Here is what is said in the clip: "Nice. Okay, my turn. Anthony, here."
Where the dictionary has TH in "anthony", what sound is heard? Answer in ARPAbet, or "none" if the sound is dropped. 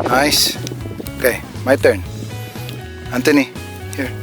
T